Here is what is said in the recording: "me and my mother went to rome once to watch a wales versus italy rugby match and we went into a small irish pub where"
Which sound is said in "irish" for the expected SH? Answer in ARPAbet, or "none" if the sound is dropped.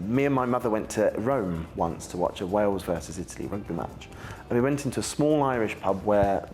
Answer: SH